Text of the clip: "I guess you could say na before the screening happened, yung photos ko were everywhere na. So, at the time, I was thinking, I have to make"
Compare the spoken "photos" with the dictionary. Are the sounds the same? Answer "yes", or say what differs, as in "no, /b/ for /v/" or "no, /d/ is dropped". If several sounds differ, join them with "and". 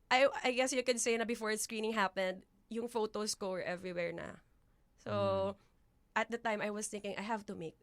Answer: no, /s/ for /z/